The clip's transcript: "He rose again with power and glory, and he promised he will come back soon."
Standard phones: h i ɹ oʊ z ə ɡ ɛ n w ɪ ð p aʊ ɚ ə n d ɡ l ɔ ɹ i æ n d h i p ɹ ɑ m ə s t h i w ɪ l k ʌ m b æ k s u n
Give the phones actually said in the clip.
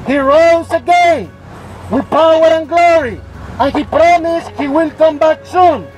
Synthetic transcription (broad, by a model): h i ɹ oʊ z ə ɡ ɛ n w ɪ ð p aʊ ɚ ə n ɡ l ɔ ɹ i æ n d h i p ɹ ɑ m ə s t h i w ɪ l k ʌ m b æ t s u n